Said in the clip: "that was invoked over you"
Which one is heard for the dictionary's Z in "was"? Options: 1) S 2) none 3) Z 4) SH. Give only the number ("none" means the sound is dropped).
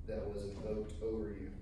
3